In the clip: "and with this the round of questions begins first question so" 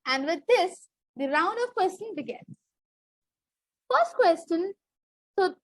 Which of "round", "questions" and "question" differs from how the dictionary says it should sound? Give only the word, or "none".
questions